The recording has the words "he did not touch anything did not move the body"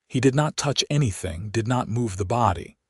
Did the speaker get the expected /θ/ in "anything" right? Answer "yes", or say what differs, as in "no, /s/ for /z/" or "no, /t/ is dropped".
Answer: yes